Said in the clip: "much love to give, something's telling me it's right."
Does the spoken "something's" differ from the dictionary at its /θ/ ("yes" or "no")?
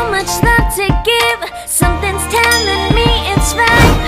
no